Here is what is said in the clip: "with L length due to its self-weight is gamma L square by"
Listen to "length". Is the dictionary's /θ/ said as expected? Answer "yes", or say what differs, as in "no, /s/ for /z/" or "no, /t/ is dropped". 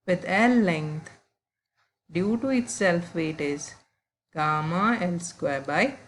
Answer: no, /t/ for /θ/